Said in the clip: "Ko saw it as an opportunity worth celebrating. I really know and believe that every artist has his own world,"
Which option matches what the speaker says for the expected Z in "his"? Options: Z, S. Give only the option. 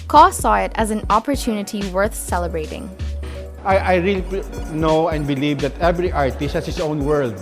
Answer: S